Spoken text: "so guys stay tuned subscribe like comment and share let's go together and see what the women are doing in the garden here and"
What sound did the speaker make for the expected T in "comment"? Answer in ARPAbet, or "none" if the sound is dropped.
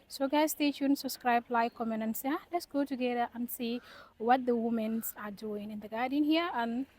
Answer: none